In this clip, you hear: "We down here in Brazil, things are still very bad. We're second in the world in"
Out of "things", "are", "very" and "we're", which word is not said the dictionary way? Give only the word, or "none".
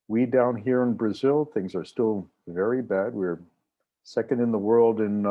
none